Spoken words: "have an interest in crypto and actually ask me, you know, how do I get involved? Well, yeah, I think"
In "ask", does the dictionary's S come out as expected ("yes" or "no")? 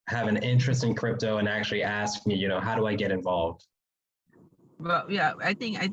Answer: yes